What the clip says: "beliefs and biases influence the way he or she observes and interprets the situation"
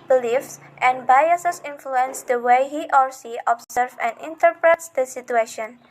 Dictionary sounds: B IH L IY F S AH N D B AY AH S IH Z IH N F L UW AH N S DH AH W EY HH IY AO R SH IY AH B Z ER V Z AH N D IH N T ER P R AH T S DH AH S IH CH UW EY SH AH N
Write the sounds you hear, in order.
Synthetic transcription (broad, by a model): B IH L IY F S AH N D B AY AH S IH S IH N F L UW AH N S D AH W EY HH IY AO R S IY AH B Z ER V AH N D IH N T ER P R AH T S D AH S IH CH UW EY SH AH N